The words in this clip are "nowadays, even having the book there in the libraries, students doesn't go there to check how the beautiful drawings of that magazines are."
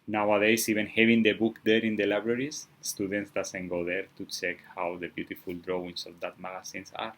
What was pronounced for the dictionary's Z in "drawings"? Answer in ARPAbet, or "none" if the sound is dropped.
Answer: S